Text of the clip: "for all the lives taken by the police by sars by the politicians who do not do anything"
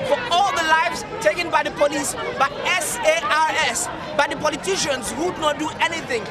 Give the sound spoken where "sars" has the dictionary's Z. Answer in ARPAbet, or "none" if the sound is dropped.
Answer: S